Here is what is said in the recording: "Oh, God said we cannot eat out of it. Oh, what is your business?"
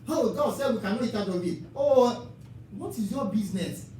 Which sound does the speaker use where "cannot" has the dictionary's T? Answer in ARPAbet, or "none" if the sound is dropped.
none